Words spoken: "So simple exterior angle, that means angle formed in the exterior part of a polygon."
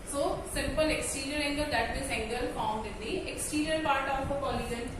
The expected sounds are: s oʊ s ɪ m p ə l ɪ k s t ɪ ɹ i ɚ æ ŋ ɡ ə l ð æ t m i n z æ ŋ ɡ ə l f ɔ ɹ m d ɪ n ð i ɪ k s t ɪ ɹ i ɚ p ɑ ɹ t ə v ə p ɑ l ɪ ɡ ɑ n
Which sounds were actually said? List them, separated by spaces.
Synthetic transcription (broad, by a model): s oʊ s ɪ m p ə l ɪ k s t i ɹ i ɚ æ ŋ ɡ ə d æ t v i z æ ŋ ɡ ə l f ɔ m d ɪ n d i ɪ k s t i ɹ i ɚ p ɑ ɹ t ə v ə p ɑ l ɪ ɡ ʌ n